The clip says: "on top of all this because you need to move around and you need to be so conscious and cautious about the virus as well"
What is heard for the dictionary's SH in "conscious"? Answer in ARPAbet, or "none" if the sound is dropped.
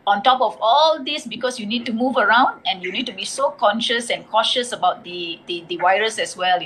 SH